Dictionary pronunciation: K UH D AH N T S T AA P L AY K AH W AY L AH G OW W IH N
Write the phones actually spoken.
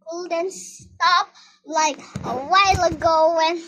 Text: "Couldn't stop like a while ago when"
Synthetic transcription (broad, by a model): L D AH N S S T AA P L AY K AH W AY L AH G OW W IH N